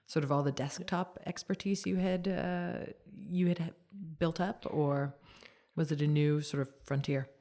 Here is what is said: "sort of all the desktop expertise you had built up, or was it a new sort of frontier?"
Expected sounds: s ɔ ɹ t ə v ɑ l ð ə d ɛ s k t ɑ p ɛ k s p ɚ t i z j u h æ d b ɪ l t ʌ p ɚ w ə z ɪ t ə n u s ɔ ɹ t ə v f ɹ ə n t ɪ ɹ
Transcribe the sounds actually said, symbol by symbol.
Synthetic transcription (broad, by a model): s ɔ ɹ t ə v ɑ l ð ə d ɛ s k t ɑ p ɛ k s p ɚ t i z j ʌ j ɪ d b ɪ l t ʌ p ɚ w ə z ɪ t ə n u s ɔ ɹ t ə v f ɹ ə n t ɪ ɹ